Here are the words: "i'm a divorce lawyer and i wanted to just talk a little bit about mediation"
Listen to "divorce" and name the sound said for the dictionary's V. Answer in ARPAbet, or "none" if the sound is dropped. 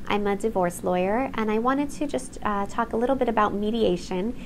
V